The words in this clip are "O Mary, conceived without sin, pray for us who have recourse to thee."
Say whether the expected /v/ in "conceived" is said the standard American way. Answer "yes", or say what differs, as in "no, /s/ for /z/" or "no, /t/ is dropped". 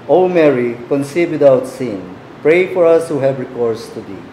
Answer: no, /v/ is dropped